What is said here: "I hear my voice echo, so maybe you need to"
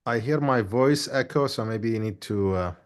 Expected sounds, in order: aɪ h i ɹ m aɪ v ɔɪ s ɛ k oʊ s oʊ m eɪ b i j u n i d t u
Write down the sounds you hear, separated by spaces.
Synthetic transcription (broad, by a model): aɪ h i ɹ m aɪ v ɔɪ s ɛ k oʊ s oʊ m eɪ b i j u n i d t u